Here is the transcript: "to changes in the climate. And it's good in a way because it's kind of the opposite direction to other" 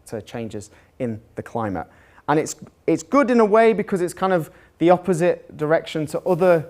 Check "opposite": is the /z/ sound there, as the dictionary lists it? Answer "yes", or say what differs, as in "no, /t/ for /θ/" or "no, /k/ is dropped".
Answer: yes